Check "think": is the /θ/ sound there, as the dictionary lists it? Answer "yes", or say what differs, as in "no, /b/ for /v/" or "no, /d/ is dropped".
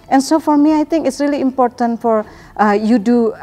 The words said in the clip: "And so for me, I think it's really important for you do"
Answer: no, /t/ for /θ/